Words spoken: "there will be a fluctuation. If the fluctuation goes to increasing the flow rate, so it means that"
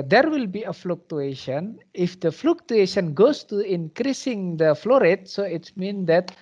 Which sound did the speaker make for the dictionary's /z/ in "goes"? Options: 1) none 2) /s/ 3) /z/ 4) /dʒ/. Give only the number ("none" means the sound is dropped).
2